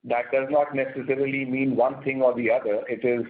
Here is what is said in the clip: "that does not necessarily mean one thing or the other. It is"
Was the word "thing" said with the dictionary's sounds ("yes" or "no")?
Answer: no